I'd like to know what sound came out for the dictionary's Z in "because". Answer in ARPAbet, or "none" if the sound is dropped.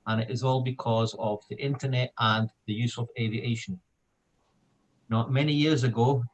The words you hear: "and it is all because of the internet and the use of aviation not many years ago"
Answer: Z